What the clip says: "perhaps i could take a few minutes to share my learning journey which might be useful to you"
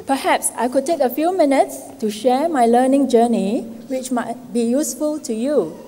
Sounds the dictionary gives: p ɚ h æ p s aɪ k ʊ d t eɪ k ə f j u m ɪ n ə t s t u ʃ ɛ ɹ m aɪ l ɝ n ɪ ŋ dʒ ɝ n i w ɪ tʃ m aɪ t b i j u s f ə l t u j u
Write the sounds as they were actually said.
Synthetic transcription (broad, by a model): p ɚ h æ p s aɪ k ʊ d t eɪ k ə f j u m ɪ n ə t s t u ʃ ɛ m aɪ l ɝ n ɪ ŋ dʒ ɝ n i w ɪ tʃ m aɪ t b i j u s f ə l t u j u